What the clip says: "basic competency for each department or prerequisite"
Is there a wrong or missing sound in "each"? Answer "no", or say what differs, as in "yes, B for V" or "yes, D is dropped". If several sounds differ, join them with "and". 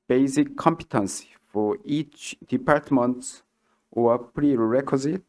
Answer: no